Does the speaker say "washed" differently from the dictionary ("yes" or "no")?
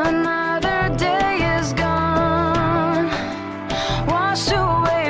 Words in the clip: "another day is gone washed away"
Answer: yes